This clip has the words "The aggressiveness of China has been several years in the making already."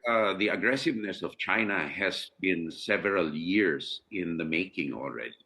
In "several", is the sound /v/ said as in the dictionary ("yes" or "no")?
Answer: yes